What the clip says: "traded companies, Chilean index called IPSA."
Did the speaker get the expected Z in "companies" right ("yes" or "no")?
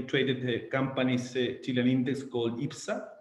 no